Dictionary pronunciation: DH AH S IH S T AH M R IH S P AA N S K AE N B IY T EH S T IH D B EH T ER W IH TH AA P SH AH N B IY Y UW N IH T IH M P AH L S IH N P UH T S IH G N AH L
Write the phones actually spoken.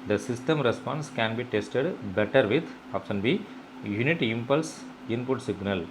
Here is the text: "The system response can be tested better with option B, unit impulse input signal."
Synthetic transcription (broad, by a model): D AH S IH S T AH M R IH S P AA N S K AE N B IY T EH S T IH D B EH T ER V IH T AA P S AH N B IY Y UW N IH T IH M P AH L S IH N P UH T S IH G N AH L